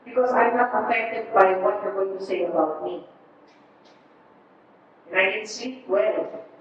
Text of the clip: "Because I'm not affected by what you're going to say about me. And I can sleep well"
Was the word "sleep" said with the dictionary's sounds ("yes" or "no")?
no